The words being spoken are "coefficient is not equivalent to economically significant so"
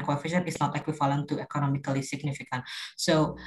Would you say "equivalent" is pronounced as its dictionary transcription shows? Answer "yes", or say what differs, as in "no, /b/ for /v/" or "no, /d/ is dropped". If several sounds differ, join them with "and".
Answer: no, /f/ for /v/